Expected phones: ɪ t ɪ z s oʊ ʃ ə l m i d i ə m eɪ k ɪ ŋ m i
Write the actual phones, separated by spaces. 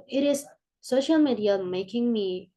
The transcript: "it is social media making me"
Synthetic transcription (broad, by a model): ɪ t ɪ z s oʊ ʃ ə l m i d i ə m eɪ k ɪ ŋ m i